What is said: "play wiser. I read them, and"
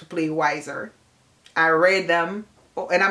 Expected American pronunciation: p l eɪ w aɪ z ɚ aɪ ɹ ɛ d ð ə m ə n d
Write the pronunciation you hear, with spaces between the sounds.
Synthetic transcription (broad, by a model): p l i w aɪ z ɚ aɪ ɹ ɛ d ð ə m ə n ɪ